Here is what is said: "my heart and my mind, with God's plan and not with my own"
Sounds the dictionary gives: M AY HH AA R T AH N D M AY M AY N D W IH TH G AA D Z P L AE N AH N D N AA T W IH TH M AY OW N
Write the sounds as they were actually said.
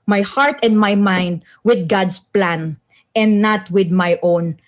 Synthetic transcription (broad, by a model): M AY HH AA R T AH N D M AY M AY N D W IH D G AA D S P L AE N AH N D N AA T W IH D M AY OW N